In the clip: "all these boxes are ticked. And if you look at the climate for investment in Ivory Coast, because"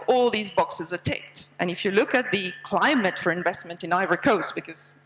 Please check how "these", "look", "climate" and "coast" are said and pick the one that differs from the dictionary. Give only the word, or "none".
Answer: none